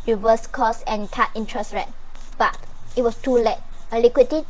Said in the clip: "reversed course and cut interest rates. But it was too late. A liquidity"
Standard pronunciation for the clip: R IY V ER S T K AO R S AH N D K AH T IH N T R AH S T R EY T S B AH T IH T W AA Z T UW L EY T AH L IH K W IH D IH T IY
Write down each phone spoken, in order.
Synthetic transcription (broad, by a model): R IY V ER S K AO S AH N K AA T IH N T R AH S R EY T B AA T IH T W AA S T UW L EY T AH L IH K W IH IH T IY